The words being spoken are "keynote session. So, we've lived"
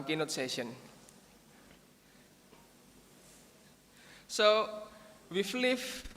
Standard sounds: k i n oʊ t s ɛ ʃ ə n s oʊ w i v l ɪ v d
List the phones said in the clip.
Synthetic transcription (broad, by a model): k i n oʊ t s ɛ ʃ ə n s oʊ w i f l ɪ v